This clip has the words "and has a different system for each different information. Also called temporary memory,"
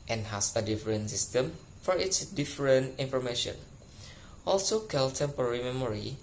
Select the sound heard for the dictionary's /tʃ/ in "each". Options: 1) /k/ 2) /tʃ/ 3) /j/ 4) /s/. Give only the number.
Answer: 4